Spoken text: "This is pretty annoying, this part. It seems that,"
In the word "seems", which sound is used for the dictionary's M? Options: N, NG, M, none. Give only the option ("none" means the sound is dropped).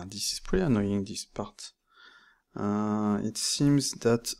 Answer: M